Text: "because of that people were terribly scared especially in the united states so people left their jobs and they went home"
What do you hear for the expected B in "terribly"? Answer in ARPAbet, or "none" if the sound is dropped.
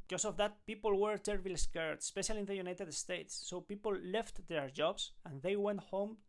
none